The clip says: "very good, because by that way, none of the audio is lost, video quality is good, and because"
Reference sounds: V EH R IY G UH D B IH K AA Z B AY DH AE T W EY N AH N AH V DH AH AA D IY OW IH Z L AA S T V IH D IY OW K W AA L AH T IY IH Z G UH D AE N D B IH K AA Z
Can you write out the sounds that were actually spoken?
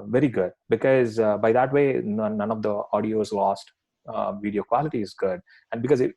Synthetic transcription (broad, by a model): V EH R IY G UH D B IH K AA Z B AY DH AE T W EY N AH N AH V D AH AA D IY OW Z L AA S T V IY D IY OW K W AA L AH T IY IH Z G UH D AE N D B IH K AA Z